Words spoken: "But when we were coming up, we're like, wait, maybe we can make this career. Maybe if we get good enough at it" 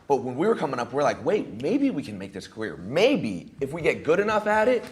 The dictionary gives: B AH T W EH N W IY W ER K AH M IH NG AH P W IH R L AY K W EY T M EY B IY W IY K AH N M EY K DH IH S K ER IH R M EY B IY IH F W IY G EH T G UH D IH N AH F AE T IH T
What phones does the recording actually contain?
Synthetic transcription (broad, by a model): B AH T W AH N W IY W ER K AH M IH NG AH P W IH R L AY K W EY T M EY B IY W IY K AH N M EY K DH IH S K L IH R M EY B IY IH F W IY G EH T G UH D IH N AH F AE T IH T